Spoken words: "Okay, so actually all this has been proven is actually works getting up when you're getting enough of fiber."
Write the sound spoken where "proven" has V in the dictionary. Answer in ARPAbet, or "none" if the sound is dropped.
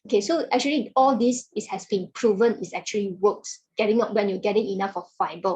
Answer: V